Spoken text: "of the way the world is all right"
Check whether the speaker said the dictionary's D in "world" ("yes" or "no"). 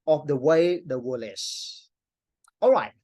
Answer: no